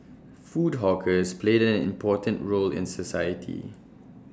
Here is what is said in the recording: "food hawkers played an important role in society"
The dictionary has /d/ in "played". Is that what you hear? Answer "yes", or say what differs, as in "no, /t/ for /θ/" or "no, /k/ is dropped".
yes